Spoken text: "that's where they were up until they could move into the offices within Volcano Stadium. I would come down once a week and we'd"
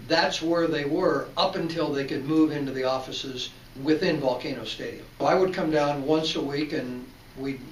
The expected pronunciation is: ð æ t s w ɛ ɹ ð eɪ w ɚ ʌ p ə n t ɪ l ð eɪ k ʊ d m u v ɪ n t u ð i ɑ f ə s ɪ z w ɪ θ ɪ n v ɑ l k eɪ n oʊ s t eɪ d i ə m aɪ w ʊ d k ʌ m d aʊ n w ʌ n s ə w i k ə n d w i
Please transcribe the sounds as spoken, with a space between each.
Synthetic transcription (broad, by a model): ð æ t s w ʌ ɹ ð eɪ w ɚ ʌ p ə n t ɪ l ð eɪ k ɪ d m u v ɪ n t u ð i ɑ f ə s ɪ z w ɪ θ ɪ n v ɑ l k eɪ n oʊ s t eɪ d i ə m aɪ w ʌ d k ʌ m d aʊ n w ʌ n s ə w i k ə n w i